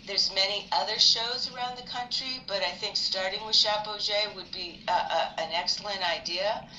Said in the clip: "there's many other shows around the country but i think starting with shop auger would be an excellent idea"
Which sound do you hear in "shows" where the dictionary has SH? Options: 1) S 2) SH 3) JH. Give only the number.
2